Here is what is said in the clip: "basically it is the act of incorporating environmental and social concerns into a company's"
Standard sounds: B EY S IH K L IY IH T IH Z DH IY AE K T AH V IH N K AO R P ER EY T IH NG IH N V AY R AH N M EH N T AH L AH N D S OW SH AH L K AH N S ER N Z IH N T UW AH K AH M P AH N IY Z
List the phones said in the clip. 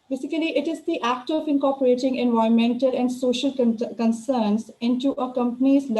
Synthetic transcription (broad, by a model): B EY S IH K L IY IH T IH Z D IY AE K T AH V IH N K AO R P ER EY T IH NG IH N V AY AH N M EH N T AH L AH N D S OW SH AH L K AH N S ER N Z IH N T UW AH K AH M P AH N IY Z